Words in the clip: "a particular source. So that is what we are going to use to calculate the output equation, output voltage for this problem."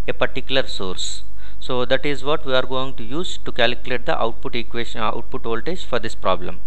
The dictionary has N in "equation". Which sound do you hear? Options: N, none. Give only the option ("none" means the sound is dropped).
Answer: none